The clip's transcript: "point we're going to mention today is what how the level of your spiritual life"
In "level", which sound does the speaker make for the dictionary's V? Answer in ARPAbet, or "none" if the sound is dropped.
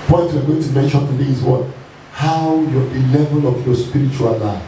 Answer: V